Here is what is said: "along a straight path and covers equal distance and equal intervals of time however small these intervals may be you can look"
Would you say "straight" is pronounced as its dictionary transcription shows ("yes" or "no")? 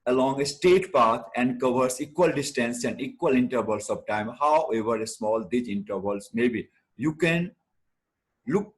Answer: no